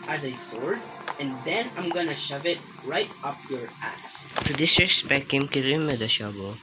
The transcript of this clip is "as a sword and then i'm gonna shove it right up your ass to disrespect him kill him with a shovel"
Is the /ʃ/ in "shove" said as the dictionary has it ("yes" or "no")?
yes